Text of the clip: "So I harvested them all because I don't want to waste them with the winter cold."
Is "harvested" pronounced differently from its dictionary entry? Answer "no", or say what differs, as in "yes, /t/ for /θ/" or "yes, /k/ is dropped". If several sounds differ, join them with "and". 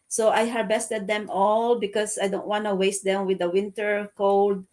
yes, /b/ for /v/